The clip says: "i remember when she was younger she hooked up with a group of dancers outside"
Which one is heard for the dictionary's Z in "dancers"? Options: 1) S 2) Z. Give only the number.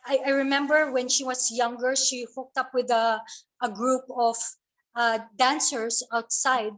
1